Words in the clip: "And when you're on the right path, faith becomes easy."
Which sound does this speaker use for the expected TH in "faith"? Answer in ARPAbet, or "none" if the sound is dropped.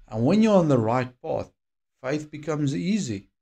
TH